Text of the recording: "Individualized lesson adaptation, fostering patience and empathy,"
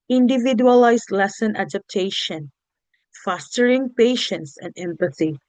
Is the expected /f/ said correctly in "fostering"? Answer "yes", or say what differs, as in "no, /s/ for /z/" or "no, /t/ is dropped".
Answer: yes